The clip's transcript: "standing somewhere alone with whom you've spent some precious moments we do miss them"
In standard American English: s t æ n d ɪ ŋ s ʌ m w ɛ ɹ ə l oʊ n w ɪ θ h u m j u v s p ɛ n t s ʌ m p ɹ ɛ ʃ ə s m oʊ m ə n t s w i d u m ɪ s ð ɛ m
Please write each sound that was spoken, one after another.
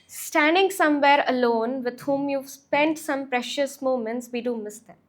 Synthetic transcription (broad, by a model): s t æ n d ɪ ŋ s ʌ m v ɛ ɹ ə l oʊ n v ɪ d h u m j u v s p ɛ n t s ʌ m p ɹ ɛ ʃ ə s m oʊ m ə n t s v i d u m ɪ s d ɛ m